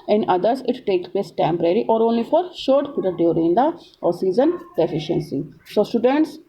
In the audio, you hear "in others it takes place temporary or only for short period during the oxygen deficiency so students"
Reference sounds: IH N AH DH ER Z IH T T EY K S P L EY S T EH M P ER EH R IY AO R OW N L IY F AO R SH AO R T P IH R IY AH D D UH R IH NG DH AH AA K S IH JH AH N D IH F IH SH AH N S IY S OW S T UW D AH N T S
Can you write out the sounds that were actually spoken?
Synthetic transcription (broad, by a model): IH N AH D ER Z IH T T EY K S P L EY S T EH M P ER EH R IY AO R OW N L IY F AO R SH AO R T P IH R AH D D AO R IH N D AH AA S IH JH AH N D IH F IH SH AH N S IY S OW S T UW D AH N T S